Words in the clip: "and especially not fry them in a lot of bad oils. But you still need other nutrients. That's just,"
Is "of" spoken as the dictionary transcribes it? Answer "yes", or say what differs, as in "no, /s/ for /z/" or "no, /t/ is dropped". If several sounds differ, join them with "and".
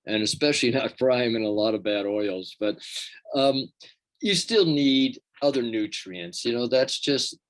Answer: yes